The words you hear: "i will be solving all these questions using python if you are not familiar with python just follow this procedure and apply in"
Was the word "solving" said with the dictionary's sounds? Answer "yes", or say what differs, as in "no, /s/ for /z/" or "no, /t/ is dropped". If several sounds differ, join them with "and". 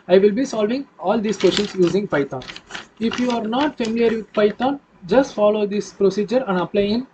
yes